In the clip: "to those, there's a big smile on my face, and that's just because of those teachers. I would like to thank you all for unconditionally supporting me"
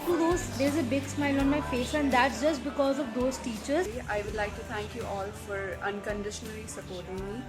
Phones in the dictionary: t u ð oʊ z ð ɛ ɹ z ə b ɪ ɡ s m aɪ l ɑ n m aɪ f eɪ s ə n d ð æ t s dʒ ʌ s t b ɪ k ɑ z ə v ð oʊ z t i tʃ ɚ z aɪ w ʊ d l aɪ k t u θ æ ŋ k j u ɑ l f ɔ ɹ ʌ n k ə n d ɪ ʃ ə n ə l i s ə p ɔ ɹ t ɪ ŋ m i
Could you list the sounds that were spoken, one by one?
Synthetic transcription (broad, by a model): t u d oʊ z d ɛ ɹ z ə b ɪ ɡ s m aɪ l ɑ n m aɪ f eɪ s ə n d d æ t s dʒ ʌ s t b ɪ k ɑ z ə v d oʊ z t i tʃ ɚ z aɪ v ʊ d l aɪ k t u t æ ŋ k j u ɑ l f ɔ ɹ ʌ n k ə n d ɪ ʃ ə n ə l i s ə p ɔ ɹ t ɪ ŋ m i